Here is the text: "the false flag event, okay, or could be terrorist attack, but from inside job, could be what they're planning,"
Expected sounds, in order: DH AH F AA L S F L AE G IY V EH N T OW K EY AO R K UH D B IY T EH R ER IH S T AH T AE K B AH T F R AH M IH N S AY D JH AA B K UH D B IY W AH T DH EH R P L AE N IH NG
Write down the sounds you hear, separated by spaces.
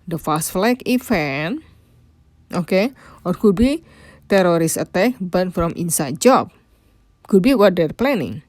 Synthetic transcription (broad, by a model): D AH F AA S F L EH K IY F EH N T OW K EY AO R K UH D B IY T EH R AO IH S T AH T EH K B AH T F R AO M IH N S AY D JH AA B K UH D B IY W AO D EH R P L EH N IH NG